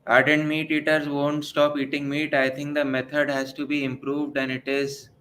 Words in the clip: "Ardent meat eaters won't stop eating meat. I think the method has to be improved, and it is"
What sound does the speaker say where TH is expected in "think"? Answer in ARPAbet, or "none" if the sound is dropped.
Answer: T